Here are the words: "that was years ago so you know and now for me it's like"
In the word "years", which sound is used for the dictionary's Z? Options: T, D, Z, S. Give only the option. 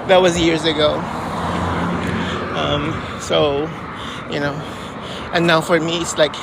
Z